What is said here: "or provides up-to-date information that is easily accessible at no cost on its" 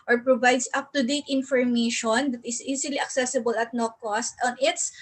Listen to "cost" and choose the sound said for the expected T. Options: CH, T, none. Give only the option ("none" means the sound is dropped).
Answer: T